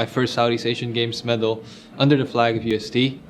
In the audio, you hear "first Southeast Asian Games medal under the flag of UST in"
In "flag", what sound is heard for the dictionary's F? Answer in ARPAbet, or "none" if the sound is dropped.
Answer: F